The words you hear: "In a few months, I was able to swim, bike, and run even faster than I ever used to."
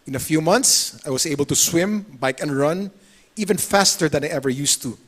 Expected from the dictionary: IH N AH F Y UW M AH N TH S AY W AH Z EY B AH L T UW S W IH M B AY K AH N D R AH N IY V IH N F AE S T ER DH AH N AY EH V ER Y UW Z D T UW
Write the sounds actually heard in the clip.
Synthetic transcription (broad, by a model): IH N AH F Y UW M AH N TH S AY W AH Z EY B AH L T UW S W IH M B AY K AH N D R AH N IY V IH N F AE S T ER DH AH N AY EH V ER Y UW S T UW